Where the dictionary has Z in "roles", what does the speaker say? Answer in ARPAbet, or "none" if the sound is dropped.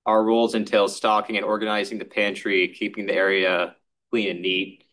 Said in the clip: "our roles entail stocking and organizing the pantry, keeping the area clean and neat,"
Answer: Z